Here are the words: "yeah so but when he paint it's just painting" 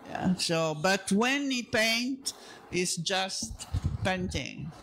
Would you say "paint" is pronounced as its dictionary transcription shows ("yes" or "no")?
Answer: yes